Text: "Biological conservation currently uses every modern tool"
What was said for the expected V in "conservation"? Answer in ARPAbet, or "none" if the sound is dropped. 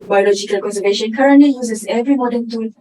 V